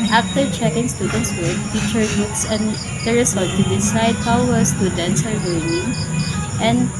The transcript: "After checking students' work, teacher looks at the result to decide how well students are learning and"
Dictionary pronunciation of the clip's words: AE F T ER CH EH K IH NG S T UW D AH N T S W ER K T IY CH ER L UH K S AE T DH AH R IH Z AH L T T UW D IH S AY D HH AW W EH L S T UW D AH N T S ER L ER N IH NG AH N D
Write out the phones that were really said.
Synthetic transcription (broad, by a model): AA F T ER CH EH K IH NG S T UW D AH N T S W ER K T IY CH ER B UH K S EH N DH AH R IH S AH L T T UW D IH S AY D HH AW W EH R S T UW D AH N T S ER W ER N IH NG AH N D